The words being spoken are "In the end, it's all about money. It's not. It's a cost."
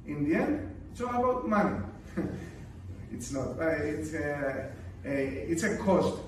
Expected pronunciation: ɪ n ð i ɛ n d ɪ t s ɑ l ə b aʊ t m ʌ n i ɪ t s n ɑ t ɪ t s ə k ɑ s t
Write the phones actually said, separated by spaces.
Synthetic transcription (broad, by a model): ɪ n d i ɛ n ɪ t s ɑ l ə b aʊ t m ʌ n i ɪ t s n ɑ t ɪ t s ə k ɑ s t